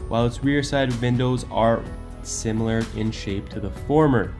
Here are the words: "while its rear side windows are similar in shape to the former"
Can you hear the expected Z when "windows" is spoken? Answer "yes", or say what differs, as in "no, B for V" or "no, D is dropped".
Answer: yes